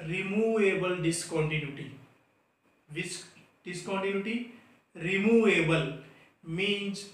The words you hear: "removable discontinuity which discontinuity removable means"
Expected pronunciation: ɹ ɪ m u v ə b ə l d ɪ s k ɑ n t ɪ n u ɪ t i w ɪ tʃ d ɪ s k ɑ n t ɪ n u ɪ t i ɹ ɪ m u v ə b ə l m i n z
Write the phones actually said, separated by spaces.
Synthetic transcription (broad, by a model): ɹ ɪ m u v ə b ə l d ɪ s k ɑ n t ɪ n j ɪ t i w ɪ s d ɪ s k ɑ n t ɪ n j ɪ t i ɹ ɪ m u v ə b ə l m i n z